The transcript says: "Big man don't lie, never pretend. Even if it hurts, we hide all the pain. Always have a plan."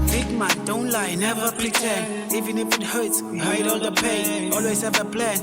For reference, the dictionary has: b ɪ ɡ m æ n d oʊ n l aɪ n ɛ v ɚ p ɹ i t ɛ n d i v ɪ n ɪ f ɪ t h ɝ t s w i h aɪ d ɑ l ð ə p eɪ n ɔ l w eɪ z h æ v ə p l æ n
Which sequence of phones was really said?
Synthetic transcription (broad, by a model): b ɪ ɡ m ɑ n d oʊ n l aɪ n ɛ v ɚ p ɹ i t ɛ d i v ɪ n ɪ f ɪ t h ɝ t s w i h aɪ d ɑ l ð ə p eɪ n ɔ l w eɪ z h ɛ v ə p l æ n